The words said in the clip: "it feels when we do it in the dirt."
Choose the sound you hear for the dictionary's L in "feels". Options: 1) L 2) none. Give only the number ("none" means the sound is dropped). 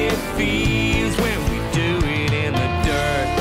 2